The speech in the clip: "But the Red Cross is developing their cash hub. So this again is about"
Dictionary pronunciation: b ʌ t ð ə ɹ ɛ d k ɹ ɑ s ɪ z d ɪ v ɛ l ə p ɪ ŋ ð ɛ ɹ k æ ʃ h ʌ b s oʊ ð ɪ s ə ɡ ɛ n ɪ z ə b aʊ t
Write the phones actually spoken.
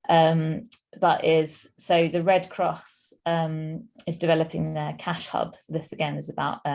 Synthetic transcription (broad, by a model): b ʌ t ð ə ɹ ɛ d k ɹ ɑ s ɪ z d ɪ v ɛ l ə p ɪ ŋ ð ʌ k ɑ ʃ h ʌ b s oʊ ð ɪ s ə ɡ ɛ n ɪ z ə b aʊ t